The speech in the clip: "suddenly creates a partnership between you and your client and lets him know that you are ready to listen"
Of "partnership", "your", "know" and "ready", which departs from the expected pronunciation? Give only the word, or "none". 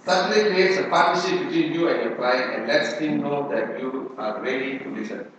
partnership